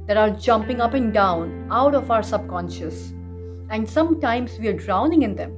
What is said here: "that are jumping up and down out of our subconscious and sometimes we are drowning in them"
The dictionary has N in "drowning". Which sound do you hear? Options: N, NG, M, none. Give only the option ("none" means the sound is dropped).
N